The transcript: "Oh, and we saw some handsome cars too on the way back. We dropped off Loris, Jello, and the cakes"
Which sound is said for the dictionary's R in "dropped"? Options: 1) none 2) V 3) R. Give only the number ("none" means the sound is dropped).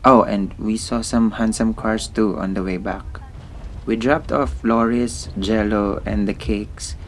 3